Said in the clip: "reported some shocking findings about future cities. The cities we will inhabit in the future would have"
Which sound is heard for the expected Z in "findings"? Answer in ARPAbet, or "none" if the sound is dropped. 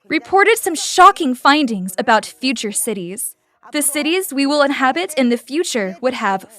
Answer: Z